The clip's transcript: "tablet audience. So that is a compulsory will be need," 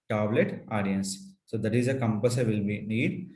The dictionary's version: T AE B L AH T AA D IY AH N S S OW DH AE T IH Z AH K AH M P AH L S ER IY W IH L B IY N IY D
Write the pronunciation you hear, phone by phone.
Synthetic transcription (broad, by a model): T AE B L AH T AA D IY AH N S S OW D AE T IH Z AH K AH M P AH S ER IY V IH L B IY N IY D